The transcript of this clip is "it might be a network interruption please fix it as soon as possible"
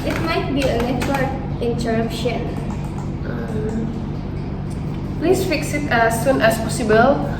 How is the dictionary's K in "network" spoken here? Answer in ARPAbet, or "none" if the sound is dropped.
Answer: none